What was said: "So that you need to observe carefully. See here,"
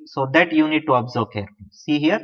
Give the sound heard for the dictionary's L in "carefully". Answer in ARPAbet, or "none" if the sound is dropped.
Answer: none